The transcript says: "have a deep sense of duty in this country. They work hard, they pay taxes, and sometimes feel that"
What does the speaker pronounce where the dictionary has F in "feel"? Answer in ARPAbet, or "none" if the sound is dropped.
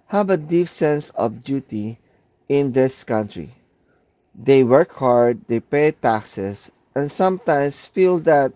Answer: F